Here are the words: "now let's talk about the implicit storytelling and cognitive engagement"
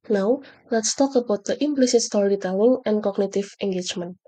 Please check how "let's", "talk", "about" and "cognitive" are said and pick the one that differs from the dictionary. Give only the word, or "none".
cognitive